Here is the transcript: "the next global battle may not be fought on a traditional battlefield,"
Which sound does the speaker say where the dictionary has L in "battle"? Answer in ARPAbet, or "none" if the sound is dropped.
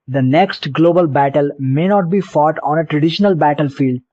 L